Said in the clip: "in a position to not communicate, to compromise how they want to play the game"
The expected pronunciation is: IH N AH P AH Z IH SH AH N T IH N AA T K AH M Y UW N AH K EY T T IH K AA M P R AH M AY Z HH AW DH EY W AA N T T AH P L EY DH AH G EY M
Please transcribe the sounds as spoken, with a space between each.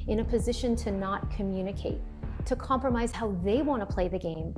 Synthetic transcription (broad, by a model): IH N AH P AH Z IH SH AH N T IH N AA T K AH M Y UW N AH K EY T T IH K AA M P R AH M AY Z HH AW DH EY W AA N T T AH P L EY DH AH G EY M